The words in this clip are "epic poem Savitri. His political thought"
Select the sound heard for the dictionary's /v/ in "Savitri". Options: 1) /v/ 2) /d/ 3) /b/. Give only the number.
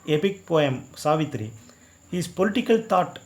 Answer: 1